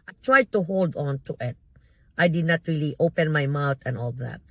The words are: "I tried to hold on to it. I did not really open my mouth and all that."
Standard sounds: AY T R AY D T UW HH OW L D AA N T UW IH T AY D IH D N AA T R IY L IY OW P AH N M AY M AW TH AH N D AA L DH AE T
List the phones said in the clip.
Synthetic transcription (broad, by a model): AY T R AY D T UW HH OW L D AA N T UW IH T AY D IH D N AA T R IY L IY OW P AH N M AY M AW T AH N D AA L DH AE T